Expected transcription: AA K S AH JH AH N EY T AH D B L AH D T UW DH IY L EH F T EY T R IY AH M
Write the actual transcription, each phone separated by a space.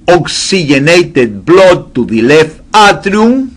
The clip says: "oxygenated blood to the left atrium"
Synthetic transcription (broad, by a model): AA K S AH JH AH N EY T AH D B L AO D T UW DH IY L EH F AA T R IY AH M